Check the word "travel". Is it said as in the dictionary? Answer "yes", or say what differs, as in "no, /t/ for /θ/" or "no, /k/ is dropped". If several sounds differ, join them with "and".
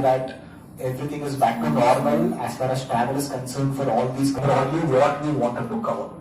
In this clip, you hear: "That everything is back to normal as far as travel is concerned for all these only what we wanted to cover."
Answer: no, /ɹ/ is dropped